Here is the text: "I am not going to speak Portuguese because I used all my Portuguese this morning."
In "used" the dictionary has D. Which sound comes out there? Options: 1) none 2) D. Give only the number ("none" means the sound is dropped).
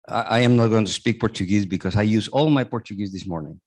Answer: 1